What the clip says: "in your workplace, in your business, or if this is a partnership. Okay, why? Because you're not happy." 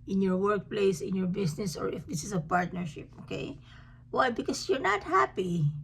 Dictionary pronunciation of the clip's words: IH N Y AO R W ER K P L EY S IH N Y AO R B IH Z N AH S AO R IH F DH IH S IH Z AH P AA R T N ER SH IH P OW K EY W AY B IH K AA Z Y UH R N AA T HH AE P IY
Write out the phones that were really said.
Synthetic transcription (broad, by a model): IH N Y AO R W ER K P L EY S IH N Y AO R B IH S N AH S AO R IH F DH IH S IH S AH P AA R T N ER SH IH P OW K EY W AY B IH K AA S Y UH R N AA T HH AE P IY